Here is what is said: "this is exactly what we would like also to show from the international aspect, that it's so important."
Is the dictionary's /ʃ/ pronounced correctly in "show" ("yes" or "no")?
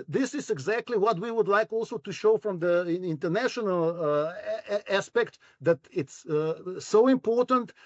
yes